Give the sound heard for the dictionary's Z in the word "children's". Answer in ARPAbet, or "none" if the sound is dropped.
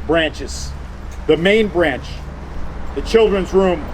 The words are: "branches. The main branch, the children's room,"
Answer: Z